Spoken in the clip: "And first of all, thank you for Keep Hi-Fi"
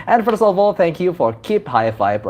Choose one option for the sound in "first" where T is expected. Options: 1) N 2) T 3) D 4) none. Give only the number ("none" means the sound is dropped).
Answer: 4